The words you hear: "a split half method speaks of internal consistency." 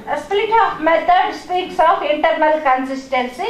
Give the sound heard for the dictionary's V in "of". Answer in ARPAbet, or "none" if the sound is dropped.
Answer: P